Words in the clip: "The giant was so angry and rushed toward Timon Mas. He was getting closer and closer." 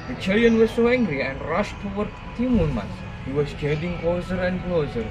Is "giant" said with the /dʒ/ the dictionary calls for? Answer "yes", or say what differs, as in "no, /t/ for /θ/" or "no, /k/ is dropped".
no, /tʃ/ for /dʒ/